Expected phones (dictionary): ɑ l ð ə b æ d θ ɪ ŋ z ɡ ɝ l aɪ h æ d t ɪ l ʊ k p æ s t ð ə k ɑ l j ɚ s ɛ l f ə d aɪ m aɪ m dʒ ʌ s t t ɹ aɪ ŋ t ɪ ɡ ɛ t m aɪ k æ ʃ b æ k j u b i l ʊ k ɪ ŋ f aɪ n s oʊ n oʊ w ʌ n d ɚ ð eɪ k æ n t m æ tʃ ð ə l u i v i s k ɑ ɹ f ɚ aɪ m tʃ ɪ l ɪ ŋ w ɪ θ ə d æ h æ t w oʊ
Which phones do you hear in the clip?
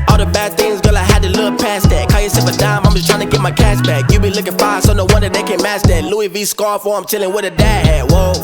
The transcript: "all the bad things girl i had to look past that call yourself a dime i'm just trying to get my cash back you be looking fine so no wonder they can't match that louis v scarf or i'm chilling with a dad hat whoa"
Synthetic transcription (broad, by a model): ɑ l ð ə b æ d θ ɪ ŋ z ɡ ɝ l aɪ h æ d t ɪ l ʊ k p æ s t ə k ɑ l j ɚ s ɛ f ə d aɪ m aɪ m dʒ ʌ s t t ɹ aɪ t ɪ ɡ ɛ t m aɪ k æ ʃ b æ k j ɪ b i l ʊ k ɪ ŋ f aɪ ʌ s oʊ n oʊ w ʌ n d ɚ ð eɪ k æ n m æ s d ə l u i v i s k ɑ ɹ f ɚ aɪ m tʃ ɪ l ɪ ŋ w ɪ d ə d æ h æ w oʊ